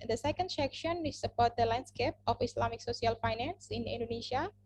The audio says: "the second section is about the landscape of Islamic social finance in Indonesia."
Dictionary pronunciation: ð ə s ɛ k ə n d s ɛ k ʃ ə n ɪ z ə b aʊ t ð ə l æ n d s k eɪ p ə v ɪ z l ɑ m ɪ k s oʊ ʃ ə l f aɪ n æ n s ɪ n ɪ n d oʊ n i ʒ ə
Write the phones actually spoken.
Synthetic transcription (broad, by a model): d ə s ɛ k ə n d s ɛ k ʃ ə n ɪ s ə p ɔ t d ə l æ n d s k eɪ p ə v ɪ s l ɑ m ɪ k s oʊ s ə l f aɪ n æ n s ɪ n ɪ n d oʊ n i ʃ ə